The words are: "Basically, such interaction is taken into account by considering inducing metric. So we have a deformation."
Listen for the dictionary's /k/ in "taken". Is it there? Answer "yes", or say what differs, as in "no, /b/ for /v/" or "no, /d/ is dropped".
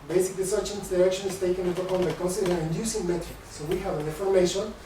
no, /k/ is dropped